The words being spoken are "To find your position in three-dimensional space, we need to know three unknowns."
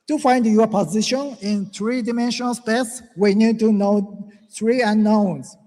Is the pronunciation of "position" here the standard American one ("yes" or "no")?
yes